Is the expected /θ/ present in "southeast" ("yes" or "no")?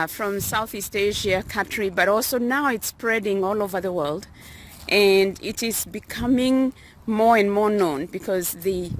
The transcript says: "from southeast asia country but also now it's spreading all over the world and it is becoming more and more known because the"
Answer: yes